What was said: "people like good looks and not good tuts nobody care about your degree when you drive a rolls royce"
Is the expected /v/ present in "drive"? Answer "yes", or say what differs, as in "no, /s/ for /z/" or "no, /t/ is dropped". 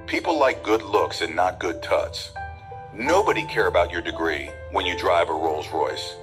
yes